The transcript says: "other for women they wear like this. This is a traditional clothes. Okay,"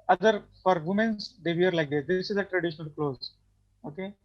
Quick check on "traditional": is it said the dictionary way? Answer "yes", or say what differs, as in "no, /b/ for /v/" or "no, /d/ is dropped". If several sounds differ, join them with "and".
yes